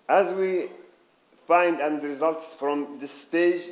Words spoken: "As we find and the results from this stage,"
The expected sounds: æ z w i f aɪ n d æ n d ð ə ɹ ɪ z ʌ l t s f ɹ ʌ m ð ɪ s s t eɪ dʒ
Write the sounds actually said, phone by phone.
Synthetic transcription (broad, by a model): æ z w i f aɪ n d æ n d ɹ ɪ z ʌ l t s f ɹ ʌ m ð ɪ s s t eɪ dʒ